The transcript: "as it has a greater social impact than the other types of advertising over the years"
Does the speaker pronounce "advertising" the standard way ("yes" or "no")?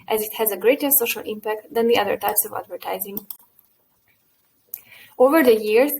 yes